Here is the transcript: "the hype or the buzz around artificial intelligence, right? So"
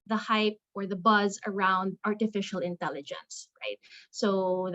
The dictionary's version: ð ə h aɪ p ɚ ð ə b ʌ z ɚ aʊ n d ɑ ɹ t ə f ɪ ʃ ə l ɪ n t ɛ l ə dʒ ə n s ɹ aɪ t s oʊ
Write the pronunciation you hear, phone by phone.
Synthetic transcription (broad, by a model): ð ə h aɪ p ɚ ð ə b ʌ z ɚ aʊ n d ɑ ɹ t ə f ɪ ʃ l ɪ n t ɛ l ə dʒ ə n s ɹ aɪ t s oʊ